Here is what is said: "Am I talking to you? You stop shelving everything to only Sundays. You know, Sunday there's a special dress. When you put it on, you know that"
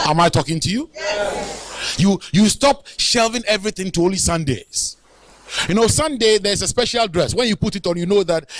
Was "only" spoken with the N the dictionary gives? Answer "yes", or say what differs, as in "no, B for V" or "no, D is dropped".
no, N is dropped